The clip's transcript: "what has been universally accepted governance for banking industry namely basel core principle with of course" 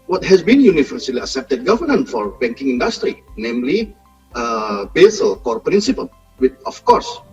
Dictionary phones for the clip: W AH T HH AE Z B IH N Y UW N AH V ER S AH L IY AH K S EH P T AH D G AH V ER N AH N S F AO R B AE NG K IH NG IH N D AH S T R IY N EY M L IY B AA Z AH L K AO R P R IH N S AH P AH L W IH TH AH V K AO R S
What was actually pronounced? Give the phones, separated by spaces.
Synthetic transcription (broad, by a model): W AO T HH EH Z B IH N Y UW N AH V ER S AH L IY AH S EH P T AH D G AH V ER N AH N F AO R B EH NG K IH NG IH N D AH S T R IY N EY M L IY B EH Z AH L K AO R P R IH N S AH P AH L W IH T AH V K AO R S